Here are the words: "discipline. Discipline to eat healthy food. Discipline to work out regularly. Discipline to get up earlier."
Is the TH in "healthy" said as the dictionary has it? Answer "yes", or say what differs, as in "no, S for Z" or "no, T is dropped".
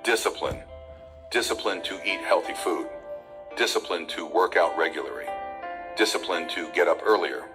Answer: yes